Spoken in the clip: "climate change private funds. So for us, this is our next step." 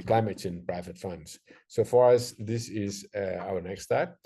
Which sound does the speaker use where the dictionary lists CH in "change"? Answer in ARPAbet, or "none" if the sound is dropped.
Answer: S